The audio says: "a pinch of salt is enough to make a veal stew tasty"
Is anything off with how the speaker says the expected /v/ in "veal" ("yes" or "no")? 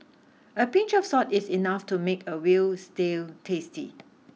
yes